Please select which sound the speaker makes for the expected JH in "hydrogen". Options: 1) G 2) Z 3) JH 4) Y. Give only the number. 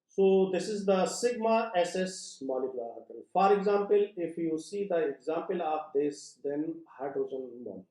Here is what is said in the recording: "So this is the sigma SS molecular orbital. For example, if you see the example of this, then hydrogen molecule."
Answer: 2